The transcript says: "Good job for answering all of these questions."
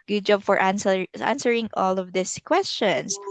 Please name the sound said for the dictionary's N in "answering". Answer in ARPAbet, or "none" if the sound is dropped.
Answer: N